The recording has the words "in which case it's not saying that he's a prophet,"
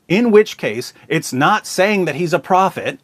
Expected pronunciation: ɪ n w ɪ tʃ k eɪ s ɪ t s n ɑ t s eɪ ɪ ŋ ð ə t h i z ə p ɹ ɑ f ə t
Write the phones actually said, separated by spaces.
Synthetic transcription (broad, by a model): ɪ n w ɪ tʃ k eɪ s ɪ t s n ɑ t s eɪ ɪ ŋ ð ə t h i z ə p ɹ ɑ f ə t